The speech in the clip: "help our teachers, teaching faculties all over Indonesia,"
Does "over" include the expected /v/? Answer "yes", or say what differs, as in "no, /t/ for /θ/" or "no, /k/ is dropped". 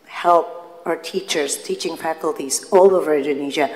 yes